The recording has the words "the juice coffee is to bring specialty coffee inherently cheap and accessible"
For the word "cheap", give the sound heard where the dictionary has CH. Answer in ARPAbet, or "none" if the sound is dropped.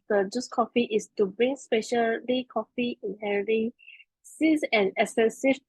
S